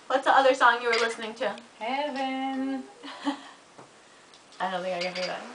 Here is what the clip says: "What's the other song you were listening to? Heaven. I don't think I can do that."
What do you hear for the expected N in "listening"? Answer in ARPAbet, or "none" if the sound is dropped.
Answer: N